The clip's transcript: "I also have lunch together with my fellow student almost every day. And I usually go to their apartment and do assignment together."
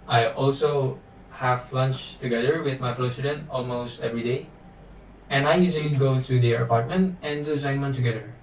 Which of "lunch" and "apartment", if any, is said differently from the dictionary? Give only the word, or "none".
none